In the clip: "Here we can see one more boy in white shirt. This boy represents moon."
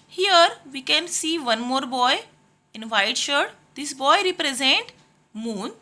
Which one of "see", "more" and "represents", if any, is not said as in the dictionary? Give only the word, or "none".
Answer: represents